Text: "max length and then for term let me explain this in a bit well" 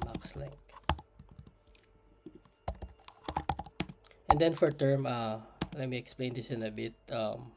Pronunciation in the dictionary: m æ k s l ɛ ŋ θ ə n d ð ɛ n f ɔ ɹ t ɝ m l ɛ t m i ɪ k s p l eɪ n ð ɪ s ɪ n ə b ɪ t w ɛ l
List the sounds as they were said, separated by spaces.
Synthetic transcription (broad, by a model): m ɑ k s l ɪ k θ ə n d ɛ n f ɔ ɹ t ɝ m l ɛ t m i ɪ k s p l eɪ n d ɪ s ɪ n ə b ɪ t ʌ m